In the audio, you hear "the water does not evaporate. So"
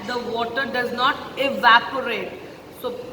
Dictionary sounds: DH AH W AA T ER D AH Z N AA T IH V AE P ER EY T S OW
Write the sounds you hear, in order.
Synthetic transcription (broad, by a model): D AH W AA T ER D AH Z N AA T IH V AE P ER EY T S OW